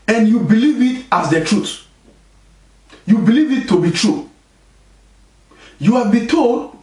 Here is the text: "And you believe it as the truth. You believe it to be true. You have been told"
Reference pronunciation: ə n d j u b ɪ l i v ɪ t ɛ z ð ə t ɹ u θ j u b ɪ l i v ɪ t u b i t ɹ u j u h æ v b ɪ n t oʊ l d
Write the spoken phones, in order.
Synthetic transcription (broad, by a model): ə n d j u b ɪ l i v ɪ t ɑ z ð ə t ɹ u t j u b ɪ l i v ɪ t u b i t ɹ u j u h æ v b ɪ t oʊ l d